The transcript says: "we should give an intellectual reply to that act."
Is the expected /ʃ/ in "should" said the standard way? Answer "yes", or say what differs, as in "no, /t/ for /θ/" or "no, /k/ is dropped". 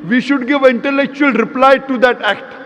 yes